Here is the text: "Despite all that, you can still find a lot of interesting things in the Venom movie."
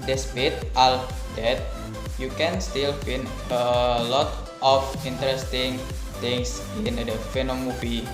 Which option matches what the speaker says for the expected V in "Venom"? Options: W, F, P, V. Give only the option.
F